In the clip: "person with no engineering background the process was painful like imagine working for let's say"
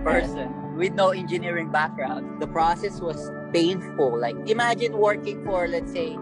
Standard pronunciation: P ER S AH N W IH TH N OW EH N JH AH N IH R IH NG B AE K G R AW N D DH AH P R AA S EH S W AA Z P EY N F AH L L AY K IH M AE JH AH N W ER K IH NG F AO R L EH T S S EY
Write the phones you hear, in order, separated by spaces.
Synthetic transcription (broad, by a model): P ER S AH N W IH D N OW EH N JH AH N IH R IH NG B AE K G R AW N D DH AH P R AA S EH S W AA S P EY N F AH L L AY K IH M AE JH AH N W ER K IH NG F AO R L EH T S S EY